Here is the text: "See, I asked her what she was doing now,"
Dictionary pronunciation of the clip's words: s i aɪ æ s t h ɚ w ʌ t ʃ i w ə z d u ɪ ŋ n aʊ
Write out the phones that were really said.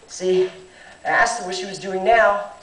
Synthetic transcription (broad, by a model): s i aɪ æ s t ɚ w ʌ t ʃ i w ə z d u ɪ ŋ n aʊ